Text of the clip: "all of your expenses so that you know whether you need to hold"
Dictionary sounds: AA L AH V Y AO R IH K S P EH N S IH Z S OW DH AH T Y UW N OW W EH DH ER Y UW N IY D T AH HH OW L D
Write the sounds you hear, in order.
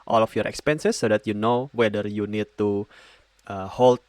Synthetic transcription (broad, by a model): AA L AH F Y AO R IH K S P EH N S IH S OW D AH T Y UW N OW W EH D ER Y UW N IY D T AH HH OW L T